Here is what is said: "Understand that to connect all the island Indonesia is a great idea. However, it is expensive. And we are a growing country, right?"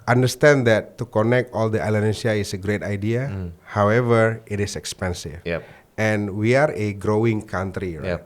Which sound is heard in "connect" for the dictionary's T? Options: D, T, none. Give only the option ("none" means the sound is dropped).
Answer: T